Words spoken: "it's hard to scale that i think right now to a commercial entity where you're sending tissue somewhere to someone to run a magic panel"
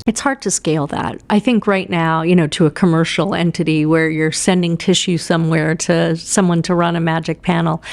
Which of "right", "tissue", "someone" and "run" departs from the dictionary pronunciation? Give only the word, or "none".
none